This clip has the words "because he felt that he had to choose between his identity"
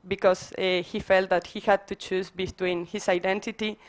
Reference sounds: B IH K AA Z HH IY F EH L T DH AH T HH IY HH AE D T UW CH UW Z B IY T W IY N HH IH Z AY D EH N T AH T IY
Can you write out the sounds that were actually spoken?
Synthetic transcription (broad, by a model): B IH K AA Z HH IY F EH L T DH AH T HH IY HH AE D T UW CH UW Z B IY T W IY N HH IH S AY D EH N T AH T IY